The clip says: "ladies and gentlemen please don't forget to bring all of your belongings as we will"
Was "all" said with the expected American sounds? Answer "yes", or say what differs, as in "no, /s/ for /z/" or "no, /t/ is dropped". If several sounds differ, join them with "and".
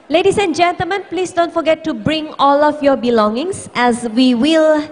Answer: yes